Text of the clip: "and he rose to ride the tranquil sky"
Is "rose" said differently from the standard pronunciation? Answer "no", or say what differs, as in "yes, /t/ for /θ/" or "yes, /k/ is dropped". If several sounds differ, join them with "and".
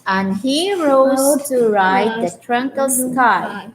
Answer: yes, /z/ is dropped